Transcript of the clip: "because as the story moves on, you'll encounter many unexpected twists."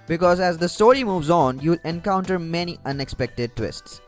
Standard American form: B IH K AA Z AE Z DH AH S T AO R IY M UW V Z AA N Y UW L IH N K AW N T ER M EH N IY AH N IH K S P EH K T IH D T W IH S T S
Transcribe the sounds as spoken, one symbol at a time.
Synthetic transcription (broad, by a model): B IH K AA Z AE Z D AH S T AO R IY M UW V Z AA N Y UW L IH N K AW N T ER M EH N IY AH N IH K S P EH K T IH D T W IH S T S